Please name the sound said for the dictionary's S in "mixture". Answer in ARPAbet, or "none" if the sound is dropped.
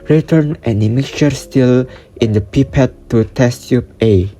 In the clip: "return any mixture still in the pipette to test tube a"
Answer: none